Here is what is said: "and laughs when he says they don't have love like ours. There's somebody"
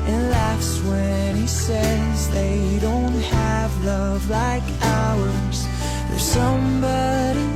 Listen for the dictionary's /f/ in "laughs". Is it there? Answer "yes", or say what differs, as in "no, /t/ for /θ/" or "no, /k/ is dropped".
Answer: yes